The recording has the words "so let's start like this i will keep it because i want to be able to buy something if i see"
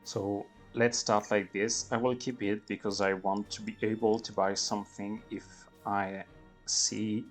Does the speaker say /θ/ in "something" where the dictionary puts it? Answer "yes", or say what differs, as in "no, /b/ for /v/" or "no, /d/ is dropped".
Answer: yes